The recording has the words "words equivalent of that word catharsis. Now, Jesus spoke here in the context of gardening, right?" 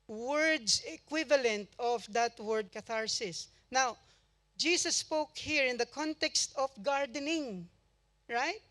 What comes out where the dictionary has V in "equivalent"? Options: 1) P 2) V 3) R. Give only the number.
2